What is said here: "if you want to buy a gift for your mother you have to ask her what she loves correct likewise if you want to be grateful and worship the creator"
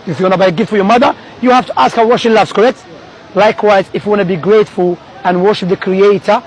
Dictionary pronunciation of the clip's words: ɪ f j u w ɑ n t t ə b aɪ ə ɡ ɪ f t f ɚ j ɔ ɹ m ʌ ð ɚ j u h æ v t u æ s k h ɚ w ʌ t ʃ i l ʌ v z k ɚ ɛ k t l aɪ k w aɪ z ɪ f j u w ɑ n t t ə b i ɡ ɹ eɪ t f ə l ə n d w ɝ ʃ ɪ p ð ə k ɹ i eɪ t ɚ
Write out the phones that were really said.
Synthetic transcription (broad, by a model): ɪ f j u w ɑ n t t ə b aɪ ə ɡ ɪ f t f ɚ j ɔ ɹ m ʌ ð ɚ j u h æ f t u æ s k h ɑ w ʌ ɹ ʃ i l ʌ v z k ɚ ɛ k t l aɪ k w aɪ z ɪ f j u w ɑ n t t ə b i ɡ ɹ eɪ t f ə l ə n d w ɝ ʃ ɪ p ð ə k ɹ i eɪ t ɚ